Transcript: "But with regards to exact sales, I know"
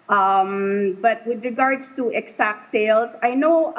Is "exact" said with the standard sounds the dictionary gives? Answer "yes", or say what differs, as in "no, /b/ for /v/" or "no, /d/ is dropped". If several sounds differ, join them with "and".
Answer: no, /s/ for /z/